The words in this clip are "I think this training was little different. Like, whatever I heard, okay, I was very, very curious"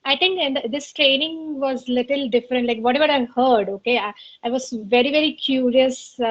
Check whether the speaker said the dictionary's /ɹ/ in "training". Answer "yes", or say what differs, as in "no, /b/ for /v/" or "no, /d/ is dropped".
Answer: yes